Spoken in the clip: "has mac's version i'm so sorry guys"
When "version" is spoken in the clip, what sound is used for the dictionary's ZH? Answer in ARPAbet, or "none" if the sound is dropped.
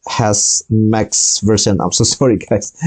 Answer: S